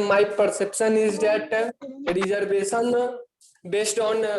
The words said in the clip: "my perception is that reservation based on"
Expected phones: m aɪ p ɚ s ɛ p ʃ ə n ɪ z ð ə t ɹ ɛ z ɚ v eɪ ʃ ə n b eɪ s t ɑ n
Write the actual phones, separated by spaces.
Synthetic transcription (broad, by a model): m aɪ p ɚ s ɛ p ʃ ə n ɪ z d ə t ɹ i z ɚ b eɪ s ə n b eɪ s t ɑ n